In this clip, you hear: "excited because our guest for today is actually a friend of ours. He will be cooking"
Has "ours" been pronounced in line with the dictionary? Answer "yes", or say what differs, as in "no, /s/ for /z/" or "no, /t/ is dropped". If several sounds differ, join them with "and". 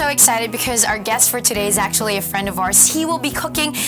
no, /s/ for /z/